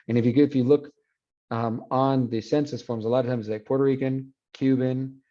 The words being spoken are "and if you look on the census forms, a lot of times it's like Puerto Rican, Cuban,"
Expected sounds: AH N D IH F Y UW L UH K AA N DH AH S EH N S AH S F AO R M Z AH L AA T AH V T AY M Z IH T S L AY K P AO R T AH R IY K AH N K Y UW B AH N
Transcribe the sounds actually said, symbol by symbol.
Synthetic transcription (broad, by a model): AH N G IH F Y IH L UH K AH N DH AH S EH N S AH S F AO R M Z AH L AA T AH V T AY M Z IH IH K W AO R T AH R IY K AH N K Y UW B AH N